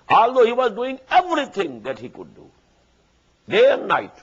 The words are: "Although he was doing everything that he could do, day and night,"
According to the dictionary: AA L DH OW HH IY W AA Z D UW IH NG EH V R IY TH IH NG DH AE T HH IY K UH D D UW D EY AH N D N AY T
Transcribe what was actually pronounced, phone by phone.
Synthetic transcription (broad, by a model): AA L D OW HH IY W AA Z D UW IH NG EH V R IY T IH NG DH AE T HH IY K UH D D UW D EY AH N D N AY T